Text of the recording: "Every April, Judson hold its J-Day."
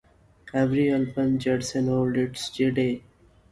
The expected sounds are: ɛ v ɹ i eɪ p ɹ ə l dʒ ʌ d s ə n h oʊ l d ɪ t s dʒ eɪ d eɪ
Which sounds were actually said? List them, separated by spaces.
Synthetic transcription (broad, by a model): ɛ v ɹ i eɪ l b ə n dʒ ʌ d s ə n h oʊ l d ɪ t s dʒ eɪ d eɪ